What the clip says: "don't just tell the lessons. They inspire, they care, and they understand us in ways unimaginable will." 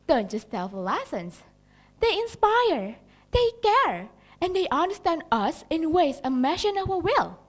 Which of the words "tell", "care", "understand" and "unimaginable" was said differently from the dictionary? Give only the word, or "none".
unimaginable